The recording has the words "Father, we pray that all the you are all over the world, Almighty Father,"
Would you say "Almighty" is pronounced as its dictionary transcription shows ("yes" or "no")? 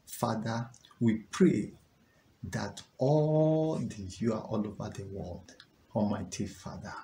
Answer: no